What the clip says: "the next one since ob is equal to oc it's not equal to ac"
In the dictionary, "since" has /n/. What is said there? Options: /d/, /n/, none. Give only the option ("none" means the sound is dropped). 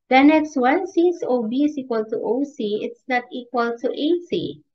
none